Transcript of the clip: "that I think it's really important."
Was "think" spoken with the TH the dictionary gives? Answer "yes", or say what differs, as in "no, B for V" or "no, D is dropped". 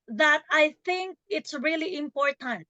yes